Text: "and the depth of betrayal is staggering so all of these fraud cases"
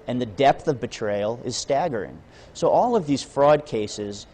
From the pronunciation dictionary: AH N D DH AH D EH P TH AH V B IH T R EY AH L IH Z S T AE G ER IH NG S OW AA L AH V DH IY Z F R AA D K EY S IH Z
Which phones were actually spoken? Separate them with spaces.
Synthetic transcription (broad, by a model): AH N DH AH D EH P TH AH V B IH T R EY AH L IH Z S T AE G ER IH NG S OW AA L AH V DH IY Z F R AA D K EY S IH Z